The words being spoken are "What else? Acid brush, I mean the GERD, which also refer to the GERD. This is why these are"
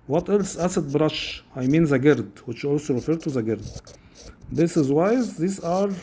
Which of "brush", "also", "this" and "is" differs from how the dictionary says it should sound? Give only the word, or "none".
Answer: none